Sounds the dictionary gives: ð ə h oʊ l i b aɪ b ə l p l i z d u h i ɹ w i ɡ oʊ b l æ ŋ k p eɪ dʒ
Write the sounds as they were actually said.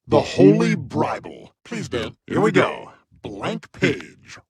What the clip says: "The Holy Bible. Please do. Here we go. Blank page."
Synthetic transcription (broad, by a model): ð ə h oʊ l i b aɪ b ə l p l i z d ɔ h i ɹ w i ɡ oʊ b l æ ŋ k p eɪ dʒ